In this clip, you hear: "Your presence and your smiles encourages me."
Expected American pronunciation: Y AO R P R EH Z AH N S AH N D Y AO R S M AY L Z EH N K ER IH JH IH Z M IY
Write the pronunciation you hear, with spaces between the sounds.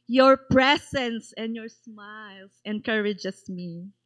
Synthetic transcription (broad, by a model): Y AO R P R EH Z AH N S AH N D Y AO R S M AY L S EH N K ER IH JH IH S M IY